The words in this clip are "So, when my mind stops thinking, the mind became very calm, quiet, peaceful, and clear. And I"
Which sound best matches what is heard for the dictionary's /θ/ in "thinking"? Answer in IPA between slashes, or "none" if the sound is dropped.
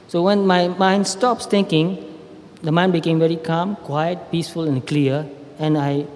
/t/